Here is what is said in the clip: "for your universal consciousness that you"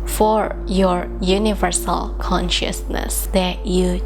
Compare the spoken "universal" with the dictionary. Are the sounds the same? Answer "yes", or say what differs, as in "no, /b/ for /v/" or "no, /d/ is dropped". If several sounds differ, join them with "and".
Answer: yes